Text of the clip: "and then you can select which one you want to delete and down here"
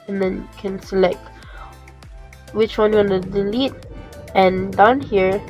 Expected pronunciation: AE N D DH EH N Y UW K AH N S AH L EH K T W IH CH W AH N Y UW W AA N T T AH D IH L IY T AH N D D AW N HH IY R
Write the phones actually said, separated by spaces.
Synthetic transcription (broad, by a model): N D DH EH N K AH N S AH L EH K T W IH CH W AH N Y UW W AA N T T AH D IH L IY T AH N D D AW N HH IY R